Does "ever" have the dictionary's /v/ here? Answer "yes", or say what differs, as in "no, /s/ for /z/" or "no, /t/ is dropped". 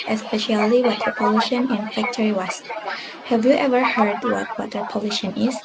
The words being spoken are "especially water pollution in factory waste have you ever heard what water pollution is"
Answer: yes